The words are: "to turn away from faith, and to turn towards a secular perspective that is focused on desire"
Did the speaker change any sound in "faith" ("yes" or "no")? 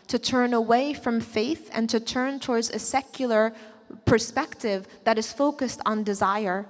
no